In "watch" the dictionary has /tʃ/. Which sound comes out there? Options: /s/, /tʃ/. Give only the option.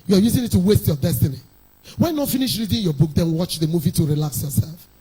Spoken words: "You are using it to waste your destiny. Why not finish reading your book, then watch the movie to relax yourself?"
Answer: /tʃ/